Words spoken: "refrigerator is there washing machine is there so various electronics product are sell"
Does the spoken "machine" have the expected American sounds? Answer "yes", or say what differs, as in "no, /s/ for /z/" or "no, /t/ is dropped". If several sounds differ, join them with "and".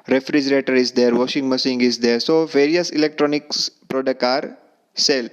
no, /s/ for /ʃ/